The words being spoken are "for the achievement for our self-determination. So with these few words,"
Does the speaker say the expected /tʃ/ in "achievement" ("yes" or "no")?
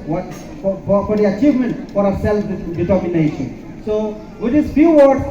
yes